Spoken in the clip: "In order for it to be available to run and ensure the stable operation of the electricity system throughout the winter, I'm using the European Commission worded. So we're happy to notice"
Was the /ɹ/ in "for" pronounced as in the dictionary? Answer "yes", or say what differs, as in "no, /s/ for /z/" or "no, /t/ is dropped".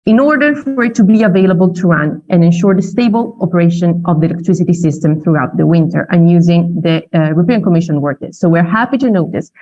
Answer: yes